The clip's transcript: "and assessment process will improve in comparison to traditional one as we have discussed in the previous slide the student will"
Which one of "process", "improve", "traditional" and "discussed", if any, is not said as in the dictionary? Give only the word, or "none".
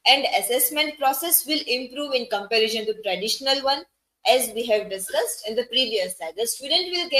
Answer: none